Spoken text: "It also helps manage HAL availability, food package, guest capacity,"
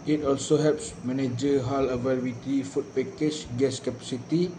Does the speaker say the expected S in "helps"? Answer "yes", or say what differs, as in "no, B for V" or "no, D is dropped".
yes